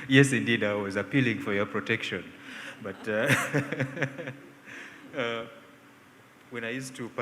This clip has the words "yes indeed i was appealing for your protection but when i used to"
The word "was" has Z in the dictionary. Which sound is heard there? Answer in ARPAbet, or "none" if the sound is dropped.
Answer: Z